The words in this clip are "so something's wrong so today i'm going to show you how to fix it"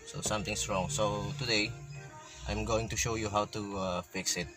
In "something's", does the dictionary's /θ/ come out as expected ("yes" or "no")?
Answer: no